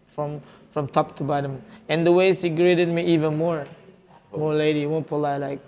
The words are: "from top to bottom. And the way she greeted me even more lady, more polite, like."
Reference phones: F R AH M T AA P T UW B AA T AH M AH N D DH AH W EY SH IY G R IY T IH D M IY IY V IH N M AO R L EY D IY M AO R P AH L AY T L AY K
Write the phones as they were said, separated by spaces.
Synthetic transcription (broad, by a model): F R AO M T AA P T UW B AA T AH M AH N D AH W EY S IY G R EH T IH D M IY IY V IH N M AO R L EY D IY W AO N P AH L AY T L AY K